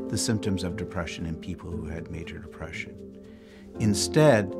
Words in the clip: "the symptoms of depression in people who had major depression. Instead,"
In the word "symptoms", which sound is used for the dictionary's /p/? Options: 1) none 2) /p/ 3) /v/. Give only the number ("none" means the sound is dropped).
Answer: 2